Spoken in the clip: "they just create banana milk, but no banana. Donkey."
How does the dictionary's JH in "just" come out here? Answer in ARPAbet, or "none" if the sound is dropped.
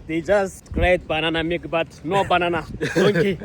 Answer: JH